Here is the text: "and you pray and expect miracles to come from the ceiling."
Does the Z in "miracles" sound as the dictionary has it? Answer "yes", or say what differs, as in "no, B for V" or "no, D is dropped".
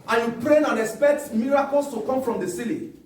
no, S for Z